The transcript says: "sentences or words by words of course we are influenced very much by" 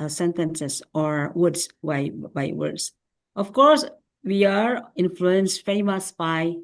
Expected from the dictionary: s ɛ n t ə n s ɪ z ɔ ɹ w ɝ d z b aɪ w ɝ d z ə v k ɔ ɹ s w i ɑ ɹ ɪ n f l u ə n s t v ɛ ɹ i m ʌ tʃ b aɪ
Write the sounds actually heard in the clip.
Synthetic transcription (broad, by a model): s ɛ n t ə n s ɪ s ɔ ɹ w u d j b aɪ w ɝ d s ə f k ɔ ɹ s w i ɑ ɹ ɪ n f l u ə n s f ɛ i m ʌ s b aɪ